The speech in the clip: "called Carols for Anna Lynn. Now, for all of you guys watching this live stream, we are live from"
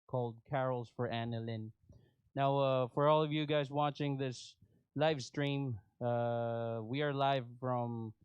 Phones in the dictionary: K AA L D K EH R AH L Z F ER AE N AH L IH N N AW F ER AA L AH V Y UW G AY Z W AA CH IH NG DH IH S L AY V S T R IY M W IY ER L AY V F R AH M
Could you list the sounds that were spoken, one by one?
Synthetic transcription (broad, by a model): K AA L D K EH R L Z F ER AE N AH L IH N N AW F ER AA L AH V Y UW G AY Z W AA CH IH NG DH IH S L AY V S T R IY M W IY ER L AY V F R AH M